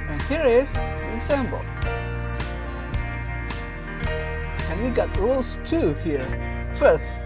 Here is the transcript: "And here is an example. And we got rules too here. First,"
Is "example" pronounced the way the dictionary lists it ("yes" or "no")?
no